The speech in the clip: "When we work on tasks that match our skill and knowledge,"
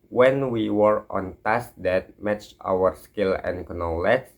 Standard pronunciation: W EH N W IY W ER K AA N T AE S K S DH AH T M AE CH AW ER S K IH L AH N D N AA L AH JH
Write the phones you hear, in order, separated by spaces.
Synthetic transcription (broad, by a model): W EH N W IY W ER AA N T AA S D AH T M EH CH AW ER S K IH L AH N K N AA L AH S